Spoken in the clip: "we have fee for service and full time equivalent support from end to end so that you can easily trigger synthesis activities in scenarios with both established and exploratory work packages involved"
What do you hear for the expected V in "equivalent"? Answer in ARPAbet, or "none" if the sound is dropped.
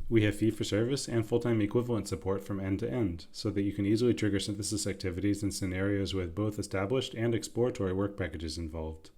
V